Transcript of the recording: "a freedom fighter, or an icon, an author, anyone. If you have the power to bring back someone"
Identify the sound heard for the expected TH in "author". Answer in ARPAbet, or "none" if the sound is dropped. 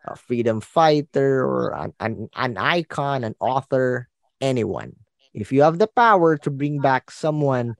TH